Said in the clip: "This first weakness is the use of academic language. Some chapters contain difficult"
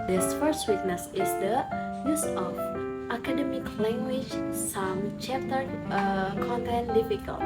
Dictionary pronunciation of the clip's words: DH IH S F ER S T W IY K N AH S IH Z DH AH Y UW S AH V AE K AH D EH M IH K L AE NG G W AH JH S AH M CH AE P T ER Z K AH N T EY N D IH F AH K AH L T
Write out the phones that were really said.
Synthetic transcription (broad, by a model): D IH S F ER S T W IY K N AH S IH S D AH Y UW S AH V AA K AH D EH M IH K L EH NG G W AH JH S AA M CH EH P T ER K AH N T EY N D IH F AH K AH L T